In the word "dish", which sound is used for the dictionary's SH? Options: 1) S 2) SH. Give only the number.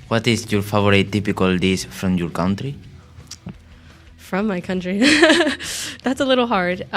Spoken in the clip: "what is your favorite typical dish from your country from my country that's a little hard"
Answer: 1